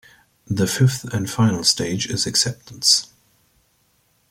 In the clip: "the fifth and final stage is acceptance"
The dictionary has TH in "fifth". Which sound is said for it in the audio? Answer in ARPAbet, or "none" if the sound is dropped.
TH